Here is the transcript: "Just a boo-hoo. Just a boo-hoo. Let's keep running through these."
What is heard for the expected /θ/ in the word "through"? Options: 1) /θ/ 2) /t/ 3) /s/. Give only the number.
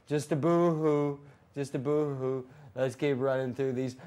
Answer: 1